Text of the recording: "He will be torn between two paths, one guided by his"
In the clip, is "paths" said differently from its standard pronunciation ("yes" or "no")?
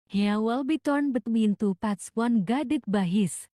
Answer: yes